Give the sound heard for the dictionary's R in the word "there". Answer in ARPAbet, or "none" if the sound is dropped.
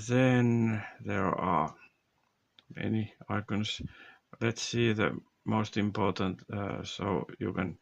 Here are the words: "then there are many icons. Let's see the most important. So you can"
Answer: R